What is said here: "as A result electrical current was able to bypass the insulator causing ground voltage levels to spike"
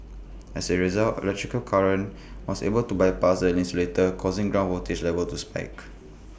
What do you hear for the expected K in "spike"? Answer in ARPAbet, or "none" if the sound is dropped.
K